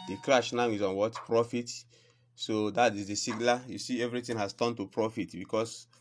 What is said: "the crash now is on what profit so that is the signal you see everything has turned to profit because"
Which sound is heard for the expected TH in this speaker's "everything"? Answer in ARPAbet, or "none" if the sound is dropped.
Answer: T